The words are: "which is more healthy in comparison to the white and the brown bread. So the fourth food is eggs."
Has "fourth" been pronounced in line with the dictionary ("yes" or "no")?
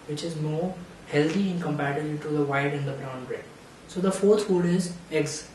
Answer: no